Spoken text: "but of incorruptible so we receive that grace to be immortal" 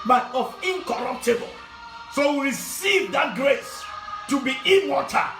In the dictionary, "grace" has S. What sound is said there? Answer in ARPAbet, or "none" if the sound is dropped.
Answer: S